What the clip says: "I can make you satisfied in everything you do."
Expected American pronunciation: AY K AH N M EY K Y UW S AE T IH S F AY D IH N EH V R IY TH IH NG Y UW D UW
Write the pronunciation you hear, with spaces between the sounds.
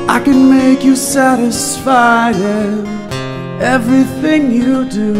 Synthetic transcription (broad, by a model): AY K AH N M EY K Y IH S AE T IH S F AY D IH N EH V R IY TH IH NG Y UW D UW